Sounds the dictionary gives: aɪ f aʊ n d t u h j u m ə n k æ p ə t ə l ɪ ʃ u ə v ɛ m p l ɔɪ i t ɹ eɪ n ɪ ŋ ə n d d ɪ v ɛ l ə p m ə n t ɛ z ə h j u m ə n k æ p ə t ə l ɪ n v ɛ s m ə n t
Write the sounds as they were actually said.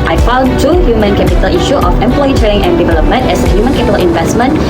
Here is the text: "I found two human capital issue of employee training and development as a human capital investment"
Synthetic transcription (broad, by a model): aɪ f aʊ n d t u h j u m ə n k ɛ p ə t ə l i ʃ u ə f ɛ m p l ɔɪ i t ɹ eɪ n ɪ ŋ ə n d d ɪ v ɛ l ə p m ə n t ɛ s ə h j u m ə n k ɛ p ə t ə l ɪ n v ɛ s m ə n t